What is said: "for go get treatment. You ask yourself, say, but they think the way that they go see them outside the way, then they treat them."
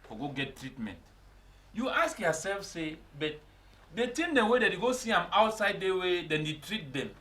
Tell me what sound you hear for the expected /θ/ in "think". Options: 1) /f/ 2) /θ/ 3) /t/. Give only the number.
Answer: 3